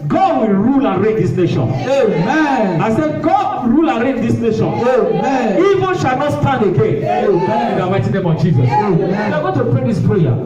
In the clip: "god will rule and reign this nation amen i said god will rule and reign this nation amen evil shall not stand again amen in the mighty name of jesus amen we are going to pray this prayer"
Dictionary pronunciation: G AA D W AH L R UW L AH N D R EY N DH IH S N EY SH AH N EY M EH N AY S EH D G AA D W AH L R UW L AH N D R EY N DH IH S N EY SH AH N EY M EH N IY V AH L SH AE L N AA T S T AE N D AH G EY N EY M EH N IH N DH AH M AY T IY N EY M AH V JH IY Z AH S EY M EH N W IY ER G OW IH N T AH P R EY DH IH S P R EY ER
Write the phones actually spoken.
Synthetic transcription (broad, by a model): G AA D W AH L R UW L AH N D R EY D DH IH S N EY SH AH N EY M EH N AY S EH G AA D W R UW L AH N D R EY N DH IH S N EY SH AH N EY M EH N IY V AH N SH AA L N AA T S T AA N D AH G EY N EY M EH IH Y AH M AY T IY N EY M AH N JH IY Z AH S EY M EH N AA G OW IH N T AH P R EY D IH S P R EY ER